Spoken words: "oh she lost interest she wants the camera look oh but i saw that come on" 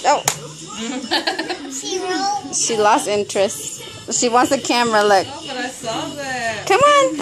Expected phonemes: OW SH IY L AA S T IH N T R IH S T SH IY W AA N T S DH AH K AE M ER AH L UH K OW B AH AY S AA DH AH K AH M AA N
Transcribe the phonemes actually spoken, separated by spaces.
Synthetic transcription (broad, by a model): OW SH IY L AA S T IH N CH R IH S T SH IY W AA N T S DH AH K AE M ER AH L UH IH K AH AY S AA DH K AH M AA N